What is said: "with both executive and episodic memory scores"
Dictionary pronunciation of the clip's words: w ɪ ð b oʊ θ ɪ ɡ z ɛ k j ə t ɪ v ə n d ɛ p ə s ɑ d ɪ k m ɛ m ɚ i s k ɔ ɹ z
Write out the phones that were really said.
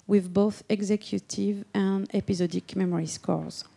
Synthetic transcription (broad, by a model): w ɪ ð b oʊ θ ɪ ɡ z ɛ k j ə t ɪ v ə n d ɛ p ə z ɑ d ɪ k m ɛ m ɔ i s k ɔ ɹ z